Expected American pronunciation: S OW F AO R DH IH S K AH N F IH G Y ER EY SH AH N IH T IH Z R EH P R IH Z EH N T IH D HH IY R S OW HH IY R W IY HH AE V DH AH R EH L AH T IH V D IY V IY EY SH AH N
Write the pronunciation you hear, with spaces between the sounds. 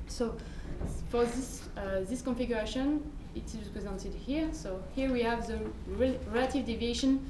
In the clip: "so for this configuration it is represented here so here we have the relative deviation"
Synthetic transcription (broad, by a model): S OW F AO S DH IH S K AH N F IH G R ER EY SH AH N IH T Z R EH P R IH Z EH N T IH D HH IY R S OW HH IY R W IY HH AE V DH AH R EH L AH T IH V D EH V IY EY SH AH N